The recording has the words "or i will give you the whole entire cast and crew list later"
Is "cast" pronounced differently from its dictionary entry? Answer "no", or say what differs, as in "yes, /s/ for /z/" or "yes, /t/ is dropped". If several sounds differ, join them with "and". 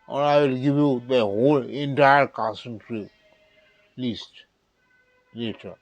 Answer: yes, /t/ is dropped